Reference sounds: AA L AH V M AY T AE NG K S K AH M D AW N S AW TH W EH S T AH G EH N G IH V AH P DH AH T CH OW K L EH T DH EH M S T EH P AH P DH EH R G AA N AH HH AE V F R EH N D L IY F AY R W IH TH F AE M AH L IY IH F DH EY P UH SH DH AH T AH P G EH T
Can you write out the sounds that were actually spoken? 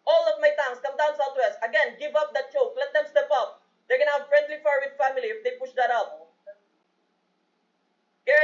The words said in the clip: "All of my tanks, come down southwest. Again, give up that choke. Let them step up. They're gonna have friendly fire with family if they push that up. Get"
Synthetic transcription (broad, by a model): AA L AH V M AY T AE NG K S K AH M D AW N S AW T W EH S T AH G EH N G IH V AH P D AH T CH OW K L EH T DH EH M S T EH P AH P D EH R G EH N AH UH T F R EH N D L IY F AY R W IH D F AE M AH L IY IH F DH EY P UH SH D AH T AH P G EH